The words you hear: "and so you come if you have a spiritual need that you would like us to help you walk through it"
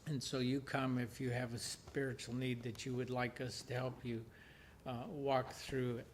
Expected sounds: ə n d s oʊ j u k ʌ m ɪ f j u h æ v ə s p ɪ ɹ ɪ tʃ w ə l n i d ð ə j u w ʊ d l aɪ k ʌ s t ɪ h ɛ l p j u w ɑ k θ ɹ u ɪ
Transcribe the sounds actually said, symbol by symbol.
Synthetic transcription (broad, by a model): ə n s oʊ j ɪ k ʌ m ɪ f j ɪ v ə s p ɪ ɹ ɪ tʃ l n i d ð ə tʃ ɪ w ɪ d l aɪ k ʌ s t ɪ h ɛ l p j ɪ w ɑ k θ ɹ u